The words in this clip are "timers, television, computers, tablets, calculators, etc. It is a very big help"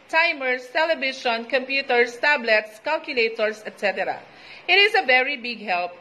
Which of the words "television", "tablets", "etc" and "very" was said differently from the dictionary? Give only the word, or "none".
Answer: television